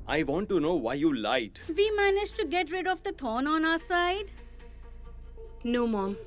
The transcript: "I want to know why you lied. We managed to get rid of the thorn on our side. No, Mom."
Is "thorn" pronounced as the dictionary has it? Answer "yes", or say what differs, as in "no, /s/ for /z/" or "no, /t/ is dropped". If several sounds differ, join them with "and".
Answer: no, /t/ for /θ/